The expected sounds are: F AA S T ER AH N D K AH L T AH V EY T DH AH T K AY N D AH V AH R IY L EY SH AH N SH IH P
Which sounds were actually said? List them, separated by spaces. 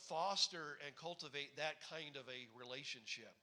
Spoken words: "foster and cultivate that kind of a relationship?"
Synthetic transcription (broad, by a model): F AA S T ER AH N K AH L T AH V EY T DH AH T K AY N D AH V AH R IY L EY SH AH N SH IH P